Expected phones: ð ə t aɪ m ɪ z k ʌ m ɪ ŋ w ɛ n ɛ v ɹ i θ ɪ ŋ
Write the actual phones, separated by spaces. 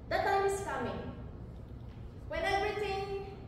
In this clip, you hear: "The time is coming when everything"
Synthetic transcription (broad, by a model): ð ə t aɪ m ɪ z k ʌ m ɪ ŋ w ɛ n ɛ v ɹ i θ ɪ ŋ